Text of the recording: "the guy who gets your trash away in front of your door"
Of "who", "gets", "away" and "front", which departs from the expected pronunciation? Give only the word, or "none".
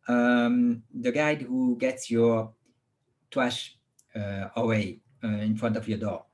none